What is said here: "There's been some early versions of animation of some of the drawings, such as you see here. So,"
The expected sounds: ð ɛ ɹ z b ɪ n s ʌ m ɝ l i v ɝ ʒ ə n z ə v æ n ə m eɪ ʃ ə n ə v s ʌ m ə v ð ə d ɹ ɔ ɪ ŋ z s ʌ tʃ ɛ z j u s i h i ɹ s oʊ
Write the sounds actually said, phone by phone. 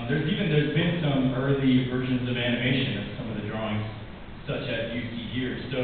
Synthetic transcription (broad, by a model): ð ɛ ɹ z b ɪ n s ʌ m ɝ l i v ɝ ʒ ə n z ə v æ n ə m eɪ ʃ ə n ə v s ʌ m ə v ð ə d ɹ ɔ ɪ ŋ z s ʌ tʃ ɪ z j u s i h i ɹ s oʊ